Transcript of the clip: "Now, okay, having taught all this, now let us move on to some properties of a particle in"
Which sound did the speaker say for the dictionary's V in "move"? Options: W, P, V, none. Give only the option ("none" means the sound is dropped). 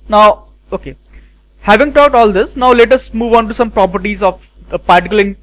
V